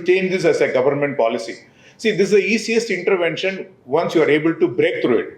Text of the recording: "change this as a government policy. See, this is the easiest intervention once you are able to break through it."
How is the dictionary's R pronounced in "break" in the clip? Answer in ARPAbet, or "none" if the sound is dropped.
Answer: R